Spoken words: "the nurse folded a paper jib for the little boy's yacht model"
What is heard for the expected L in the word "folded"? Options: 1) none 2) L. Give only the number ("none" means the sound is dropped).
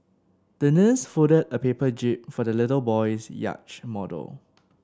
1